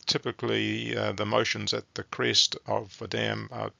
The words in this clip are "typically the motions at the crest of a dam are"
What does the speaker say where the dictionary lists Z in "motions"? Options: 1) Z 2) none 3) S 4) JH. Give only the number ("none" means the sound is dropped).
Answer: 1